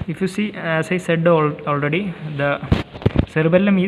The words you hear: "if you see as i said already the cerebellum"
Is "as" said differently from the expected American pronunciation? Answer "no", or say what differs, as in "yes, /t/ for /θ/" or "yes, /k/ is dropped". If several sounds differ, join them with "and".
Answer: yes, /s/ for /z/